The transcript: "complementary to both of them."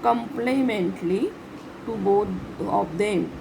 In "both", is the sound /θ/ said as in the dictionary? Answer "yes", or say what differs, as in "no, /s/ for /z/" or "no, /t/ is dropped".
no, /t/ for /θ/